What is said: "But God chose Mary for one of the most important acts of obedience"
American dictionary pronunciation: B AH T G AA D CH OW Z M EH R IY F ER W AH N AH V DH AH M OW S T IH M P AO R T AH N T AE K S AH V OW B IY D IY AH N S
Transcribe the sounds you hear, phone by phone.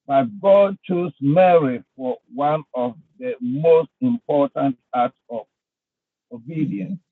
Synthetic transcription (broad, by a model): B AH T G AA D CH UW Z M EH R IY F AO W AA N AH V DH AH M OW S T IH M P AO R T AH N T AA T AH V OW B IY D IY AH N S